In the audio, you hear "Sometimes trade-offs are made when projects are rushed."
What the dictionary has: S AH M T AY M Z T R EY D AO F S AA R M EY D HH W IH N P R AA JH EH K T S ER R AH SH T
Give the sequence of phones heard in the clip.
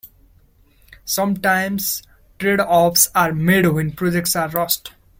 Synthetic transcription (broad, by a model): S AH M T AY M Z T R EY D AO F S AA R M EY D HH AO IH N P R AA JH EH K T S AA R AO S T